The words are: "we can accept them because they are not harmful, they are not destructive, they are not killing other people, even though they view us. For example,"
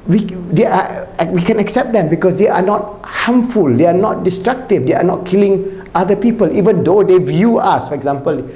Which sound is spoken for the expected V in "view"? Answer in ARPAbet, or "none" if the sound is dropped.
V